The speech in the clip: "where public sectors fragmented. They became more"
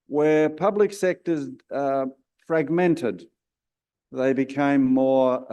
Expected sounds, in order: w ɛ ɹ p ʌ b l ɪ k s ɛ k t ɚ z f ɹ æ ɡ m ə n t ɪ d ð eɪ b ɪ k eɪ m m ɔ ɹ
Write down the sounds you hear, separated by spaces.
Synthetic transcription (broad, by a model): w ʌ ɹ p ʌ b l ɪ k s ɛ k t ɚ z f ɹ æ ɡ m ə n t ɪ d ð eɪ b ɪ k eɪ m m ɔ ɹ